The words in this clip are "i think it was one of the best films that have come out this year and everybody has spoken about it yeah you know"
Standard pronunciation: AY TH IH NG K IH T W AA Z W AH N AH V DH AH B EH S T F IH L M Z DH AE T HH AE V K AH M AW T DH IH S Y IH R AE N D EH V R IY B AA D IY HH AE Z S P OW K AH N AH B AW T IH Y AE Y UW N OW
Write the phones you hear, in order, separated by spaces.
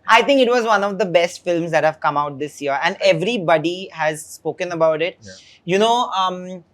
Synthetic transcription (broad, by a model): AY T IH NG K IH T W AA Z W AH N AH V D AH B EH S T F IH L M Z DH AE T HH AE V K AH M AW T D IH S Y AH R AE N D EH V R IY B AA D IY HH AE Z S P OW K AH N AH B AW T IH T Y UW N OW